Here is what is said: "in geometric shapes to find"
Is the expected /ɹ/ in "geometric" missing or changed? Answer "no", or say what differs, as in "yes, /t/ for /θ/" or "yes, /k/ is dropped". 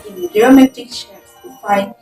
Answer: yes, /ɹ/ is dropped